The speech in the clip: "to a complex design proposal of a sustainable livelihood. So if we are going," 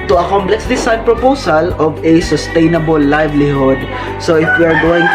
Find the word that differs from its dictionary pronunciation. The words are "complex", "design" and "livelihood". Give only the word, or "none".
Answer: design